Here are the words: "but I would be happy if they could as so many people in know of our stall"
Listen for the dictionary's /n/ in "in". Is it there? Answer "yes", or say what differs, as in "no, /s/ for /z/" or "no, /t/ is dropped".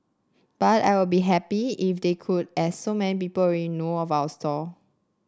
no, /l/ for /n/